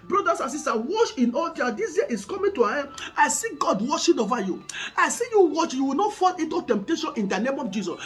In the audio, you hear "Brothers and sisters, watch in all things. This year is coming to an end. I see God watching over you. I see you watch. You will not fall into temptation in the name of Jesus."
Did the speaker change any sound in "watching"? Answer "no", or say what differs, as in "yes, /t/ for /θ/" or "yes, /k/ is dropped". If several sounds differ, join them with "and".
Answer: yes, /ʃ/ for /tʃ/